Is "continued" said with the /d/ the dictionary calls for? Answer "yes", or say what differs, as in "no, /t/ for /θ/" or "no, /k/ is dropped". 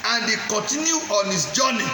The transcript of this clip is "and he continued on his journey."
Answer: no, /d/ is dropped